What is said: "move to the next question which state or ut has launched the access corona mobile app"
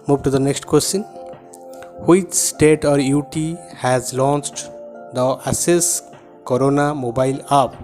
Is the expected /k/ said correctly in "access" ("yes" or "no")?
no